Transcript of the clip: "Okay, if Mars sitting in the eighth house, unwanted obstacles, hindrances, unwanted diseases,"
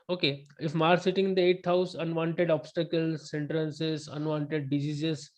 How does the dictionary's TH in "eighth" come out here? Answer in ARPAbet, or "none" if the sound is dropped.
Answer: T